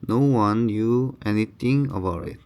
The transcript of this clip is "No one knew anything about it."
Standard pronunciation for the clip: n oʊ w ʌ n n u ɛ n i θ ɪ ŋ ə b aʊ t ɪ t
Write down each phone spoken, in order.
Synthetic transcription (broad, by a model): n oʊ w ʌ n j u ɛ n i t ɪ ŋ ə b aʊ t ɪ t